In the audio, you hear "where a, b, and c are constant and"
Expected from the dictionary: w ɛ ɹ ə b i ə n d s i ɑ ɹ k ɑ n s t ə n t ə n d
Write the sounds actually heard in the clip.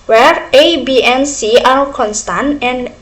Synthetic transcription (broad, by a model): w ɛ ɹ ə b i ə n s i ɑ l k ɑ n s t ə n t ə n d